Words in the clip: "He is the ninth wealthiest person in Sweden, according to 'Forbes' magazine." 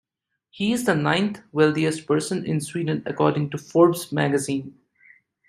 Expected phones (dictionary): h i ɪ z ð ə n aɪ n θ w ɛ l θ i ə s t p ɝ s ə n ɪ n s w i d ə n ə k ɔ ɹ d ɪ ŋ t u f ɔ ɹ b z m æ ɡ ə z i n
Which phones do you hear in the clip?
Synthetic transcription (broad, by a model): h i ɪ z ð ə n aɪ n t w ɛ l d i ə s t p ɝ s ə n ɪ n s w i d ə n ə k ɔ ɹ d ɪ ŋ t u f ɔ ɹ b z m æ ɡ ə z i n